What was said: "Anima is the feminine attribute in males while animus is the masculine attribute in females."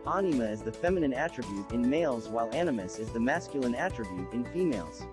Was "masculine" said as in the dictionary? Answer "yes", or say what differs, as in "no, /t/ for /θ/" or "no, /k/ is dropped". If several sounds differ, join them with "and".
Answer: yes